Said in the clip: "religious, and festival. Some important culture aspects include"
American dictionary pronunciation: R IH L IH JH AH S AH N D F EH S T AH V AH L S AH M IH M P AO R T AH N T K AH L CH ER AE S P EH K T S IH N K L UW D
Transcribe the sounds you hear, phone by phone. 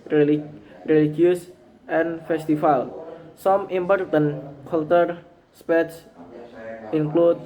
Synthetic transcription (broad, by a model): R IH L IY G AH S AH N F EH S T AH F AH L S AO M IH M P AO R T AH N K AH L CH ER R S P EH T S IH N K L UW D